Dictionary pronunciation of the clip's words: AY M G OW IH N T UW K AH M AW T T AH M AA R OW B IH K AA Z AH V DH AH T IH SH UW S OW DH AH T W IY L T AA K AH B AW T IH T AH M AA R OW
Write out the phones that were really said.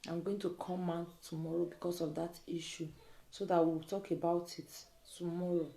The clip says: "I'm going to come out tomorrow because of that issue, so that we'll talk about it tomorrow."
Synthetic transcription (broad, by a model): AY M G OW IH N T UW K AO M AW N T AH M AA R OW B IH K AA S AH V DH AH T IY SH UW S OW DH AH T W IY W T AA K AH B AW T IH T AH M AA R OW